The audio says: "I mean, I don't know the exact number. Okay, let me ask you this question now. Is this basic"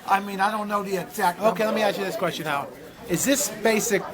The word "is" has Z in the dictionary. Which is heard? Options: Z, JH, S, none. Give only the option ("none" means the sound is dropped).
Z